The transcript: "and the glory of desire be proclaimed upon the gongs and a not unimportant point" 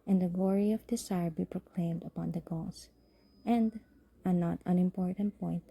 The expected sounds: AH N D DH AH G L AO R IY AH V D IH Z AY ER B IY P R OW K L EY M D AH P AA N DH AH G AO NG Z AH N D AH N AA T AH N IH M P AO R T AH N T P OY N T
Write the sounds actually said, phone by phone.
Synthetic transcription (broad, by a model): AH N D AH G L AO R IY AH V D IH S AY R B IY P R OW K L EY M D AH P AA N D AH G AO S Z AH N D AH N AA T AH N IH M P AO R T AH N T P OY N T